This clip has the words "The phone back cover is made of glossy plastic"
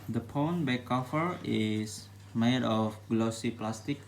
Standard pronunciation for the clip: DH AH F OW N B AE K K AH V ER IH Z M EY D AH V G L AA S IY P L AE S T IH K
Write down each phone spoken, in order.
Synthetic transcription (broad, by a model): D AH P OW N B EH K K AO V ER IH S M EY D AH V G L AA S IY P L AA S T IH K